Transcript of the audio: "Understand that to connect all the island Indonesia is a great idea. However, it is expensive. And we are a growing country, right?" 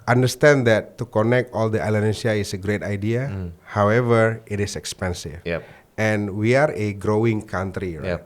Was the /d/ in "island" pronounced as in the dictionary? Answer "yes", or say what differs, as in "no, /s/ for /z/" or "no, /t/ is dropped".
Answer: no, /d/ is dropped